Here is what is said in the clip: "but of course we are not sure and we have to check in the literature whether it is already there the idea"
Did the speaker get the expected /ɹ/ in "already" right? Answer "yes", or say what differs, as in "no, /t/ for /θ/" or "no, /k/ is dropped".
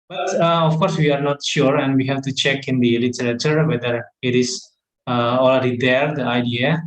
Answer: no, /l/ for /ɹ/